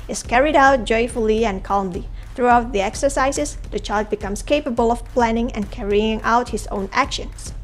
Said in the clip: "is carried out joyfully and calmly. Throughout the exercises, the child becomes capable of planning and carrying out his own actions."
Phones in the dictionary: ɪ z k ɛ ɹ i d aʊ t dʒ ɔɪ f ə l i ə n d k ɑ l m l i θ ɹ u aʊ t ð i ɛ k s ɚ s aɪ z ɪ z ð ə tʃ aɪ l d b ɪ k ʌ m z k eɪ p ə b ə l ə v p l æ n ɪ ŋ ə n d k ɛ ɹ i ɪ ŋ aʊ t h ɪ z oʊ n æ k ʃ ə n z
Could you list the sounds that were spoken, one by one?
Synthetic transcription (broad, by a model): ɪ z k ɛ ɹ i d aʊ t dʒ ɔɪ f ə l i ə n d k ɑ l m l i θ ɹ u aʊ t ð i ɛ k s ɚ s aɪ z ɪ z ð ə tʃ aɪ l d b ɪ k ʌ m s k eɪ p ə b ə l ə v p l æ n ɪ ŋ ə n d k ɛ ɹ i ɪ ŋ aʊ t h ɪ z oʊ n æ k ʃ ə n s